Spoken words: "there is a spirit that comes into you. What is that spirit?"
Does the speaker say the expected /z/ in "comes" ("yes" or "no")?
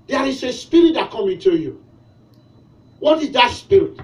no